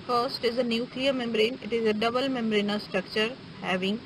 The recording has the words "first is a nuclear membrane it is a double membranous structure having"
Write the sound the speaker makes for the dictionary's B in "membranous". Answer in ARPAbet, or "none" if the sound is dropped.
none